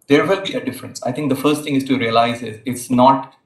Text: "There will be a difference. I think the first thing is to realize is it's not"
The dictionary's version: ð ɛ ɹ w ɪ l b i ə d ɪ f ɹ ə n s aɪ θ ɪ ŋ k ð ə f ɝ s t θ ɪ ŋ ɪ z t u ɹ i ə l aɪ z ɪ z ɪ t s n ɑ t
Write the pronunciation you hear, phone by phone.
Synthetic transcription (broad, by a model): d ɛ ɹ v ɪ l b i ə d ɪ f ɹ ə n s aɪ t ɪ ŋ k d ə f ɝ s t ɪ ŋ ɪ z t u ɹ i ə l aɪ z ɪ z ɪ t s n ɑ t